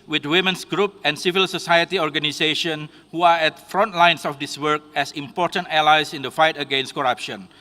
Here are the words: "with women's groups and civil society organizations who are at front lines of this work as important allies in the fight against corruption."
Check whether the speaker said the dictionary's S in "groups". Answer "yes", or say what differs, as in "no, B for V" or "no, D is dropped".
no, S is dropped